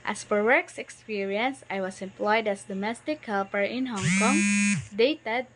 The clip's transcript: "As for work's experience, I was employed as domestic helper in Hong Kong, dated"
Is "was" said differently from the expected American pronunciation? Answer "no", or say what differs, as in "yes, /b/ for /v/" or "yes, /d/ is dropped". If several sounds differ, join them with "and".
yes, /s/ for /z/